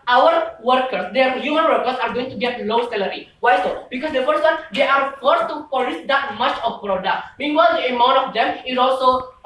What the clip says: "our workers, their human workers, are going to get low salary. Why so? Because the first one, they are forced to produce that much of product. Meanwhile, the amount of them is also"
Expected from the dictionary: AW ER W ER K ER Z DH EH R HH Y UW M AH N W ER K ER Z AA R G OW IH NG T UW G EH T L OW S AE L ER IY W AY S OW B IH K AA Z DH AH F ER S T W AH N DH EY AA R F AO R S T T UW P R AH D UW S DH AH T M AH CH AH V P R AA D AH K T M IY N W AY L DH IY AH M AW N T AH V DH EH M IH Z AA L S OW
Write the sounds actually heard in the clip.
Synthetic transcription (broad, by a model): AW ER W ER K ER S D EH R HH Y UW M AH N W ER K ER S AA R G OW IH NG T UW G EH T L OW S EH L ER IY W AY S OW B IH K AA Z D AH F ER S T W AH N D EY AA R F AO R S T T UW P AH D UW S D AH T M AH CH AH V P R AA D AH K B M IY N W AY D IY AH M AW N T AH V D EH M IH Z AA L S OW